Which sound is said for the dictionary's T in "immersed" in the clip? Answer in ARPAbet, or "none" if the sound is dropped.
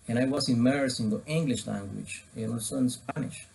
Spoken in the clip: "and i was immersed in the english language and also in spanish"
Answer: none